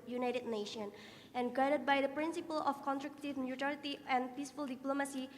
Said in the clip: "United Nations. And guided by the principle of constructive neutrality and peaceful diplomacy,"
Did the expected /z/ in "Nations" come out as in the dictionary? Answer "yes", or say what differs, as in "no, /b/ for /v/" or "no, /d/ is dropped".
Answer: no, /z/ is dropped